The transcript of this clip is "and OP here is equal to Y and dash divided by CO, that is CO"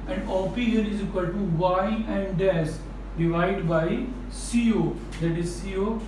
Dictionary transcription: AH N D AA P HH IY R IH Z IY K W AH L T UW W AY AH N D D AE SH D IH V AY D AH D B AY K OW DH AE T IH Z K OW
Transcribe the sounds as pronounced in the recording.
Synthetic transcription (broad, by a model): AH N D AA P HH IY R IH Z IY K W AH L T UW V AY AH N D D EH S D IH V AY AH D B AY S OW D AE T IH Z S OW